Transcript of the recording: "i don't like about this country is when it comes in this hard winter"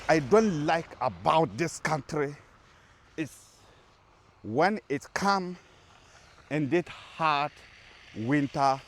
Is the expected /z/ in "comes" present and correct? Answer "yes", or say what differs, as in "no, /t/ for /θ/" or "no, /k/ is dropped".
no, /z/ is dropped